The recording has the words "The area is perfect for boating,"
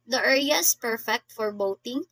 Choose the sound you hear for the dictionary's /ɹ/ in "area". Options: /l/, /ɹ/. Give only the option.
/l/